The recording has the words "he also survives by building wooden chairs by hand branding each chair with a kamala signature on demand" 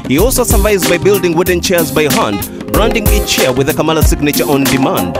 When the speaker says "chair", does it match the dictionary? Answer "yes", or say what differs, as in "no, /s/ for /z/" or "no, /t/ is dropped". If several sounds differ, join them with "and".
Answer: yes